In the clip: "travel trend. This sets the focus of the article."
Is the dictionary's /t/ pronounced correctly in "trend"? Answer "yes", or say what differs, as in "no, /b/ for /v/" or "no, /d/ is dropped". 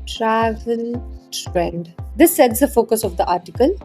no, /s/ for /t/